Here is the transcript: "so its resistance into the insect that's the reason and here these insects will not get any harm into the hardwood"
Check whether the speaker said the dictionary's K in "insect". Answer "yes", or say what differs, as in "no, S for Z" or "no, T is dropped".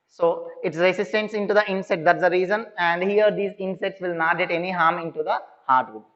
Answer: no, K is dropped